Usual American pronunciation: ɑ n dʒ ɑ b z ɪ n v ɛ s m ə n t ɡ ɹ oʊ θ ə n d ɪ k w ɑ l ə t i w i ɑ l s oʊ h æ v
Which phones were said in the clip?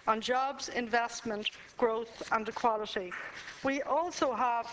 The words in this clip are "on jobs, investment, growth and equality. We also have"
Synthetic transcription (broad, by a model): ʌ n dʒ ɑ b z ɪ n v ɛ s m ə n t ɡ ɹ oʊ θ ə n d ɪ k w ɑ l ə t i w i ɑ l s oʊ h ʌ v